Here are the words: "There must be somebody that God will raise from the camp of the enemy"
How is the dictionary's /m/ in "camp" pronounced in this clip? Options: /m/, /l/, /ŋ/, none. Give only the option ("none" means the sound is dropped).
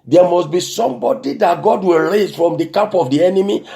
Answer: none